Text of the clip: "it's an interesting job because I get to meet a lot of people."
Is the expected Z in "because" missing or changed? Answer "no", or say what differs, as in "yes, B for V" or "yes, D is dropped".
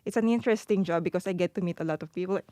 yes, S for Z